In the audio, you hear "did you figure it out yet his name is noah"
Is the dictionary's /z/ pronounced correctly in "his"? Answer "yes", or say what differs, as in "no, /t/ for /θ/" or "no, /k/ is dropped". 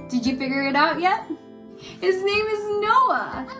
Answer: yes